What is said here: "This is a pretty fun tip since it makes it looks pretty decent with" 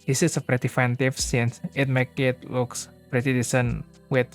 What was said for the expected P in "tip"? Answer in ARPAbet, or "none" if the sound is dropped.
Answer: F